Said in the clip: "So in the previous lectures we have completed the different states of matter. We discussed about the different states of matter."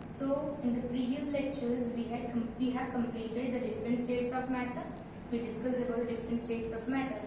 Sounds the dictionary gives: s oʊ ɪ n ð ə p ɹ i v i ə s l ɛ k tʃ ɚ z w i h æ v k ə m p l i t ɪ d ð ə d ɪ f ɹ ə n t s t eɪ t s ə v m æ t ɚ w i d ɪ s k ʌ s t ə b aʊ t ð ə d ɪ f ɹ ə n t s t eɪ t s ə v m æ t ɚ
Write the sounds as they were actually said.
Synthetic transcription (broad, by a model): s oʊ ɪ n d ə p ɹ i v i ə s l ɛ k tʃ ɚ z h i h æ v k ə m p l i t ɪ d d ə d ɪ f ɹ ə n t s t eɪ t s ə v m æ t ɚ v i d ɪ s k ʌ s ə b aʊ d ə d ɪ f ɹ ə n t s t eɪ t s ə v m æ t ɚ